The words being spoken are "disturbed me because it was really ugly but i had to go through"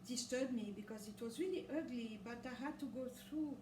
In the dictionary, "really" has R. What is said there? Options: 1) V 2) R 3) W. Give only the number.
3